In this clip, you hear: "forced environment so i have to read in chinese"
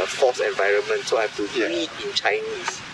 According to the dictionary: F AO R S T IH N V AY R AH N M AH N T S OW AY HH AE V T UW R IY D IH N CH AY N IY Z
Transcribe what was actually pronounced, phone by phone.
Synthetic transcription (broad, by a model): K AO S IH N V AY R AH N M AH N T S OW AY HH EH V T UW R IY IH N CH AY N IY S